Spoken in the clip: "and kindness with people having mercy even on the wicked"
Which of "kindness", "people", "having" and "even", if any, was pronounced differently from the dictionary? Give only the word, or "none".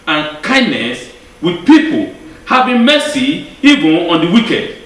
having